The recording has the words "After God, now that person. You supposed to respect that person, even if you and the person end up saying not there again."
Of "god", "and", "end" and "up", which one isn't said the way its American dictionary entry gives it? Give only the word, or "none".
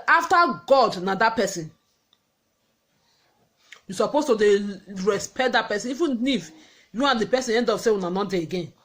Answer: up